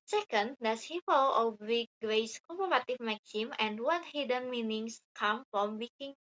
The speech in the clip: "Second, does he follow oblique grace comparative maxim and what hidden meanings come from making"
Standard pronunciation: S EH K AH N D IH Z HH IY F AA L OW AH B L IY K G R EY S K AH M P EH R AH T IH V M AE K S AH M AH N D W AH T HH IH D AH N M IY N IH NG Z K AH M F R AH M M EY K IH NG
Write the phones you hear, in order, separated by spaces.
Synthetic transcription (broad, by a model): S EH K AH N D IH S HH IY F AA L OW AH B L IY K G R EY S K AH P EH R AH T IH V M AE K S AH M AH N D W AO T HH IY D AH N M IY N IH NG S K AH M F R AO M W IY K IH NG